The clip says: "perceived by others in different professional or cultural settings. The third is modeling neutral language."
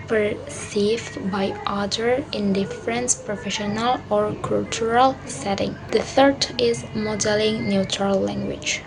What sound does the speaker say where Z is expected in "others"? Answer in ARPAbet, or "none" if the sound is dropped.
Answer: none